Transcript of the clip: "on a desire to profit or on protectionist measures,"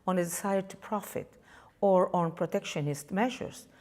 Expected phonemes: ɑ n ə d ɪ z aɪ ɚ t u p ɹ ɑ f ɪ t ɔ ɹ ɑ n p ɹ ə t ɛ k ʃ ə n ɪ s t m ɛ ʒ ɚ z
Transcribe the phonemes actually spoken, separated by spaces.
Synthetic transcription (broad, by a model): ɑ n ə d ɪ s aɪ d t u p ɹ ɑ f ɪ t ɔ ɹ ɑ n p ɹ ə t ɛ k ʃ ə n ɪ s t m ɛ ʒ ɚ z